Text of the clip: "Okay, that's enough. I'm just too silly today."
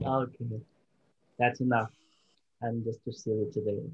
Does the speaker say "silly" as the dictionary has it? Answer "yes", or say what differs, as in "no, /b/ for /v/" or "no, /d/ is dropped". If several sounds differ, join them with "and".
no, /l/ is dropped